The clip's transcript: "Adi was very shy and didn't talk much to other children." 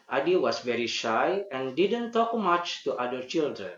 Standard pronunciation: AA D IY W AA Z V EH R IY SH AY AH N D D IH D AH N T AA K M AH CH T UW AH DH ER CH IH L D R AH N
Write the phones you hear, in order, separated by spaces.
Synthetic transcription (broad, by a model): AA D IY W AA S V EH R IY SH AY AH N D D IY D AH N T AA K M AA CH T UW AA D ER CH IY L D R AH N